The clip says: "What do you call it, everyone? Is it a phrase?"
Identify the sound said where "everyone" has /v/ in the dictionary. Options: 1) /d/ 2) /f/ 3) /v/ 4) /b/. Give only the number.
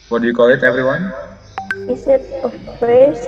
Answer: 3